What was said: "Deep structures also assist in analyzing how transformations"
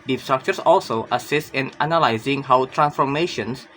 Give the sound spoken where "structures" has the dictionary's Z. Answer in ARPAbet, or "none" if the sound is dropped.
S